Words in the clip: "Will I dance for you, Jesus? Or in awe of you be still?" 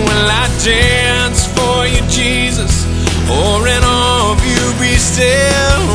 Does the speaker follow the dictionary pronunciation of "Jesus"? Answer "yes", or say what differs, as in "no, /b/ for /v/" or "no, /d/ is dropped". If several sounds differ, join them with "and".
yes